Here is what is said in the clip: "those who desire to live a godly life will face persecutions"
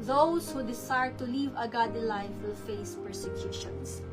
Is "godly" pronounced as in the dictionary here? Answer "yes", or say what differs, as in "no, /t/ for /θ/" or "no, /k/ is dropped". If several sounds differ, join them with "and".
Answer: no, /l/ is dropped